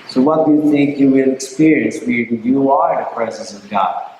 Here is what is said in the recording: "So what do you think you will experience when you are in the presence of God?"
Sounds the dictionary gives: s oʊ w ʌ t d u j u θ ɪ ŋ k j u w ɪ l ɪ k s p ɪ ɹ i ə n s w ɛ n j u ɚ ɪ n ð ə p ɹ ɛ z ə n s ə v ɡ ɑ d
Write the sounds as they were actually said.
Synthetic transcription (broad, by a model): s oʊ w ʌ t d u j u θ ɪ ŋ k j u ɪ n ɪ k s p ɪ ɹ i ə n s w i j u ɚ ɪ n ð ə p ɹ ɛ z ə n s ə v ɡ ɑ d